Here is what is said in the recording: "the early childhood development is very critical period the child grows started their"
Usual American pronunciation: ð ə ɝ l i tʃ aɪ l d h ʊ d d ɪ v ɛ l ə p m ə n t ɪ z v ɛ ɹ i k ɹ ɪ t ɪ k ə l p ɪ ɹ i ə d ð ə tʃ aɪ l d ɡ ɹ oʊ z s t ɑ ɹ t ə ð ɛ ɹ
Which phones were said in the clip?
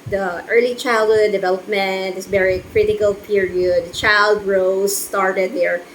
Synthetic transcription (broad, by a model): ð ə ɝ l i tʃ aɪ l d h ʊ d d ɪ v ɛ l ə p m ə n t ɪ s v ɛ ɹ i k ɹ ɪ t ɪ k ə l p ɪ ɹ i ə d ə tʃ aɪ l d ɹ oʊ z s t ɑ ɹ t ə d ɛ ɹ